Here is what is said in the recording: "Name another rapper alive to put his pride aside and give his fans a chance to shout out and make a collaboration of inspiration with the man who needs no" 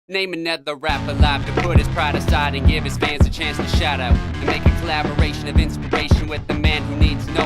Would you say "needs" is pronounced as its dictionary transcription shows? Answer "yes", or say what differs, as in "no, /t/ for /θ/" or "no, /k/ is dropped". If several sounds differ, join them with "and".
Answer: yes